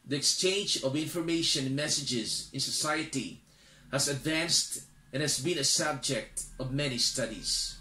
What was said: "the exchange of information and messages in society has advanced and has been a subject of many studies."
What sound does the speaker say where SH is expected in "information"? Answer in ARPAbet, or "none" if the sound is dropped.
none